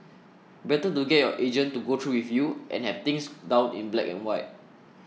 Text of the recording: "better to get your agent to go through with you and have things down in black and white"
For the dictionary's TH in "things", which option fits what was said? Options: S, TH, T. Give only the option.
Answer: T